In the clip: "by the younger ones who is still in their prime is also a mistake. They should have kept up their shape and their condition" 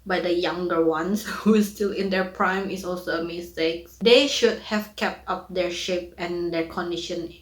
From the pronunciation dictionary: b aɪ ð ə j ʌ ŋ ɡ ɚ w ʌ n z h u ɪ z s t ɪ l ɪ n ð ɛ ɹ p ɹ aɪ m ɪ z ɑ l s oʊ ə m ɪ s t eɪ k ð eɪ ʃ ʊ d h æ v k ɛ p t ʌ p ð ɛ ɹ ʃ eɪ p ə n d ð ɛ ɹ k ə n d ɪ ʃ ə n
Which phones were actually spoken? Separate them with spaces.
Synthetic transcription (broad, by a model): b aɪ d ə j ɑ ŋ ɡ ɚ w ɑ n s h u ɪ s t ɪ l ɪ n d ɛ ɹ p ɹ aɪ m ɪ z ɑ l s oʊ ə m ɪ s t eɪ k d eɪ ʃ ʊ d h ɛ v k ɛ p t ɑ p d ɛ ɹ ʃ eɪ p ə n d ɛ ɹ k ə n d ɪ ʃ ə n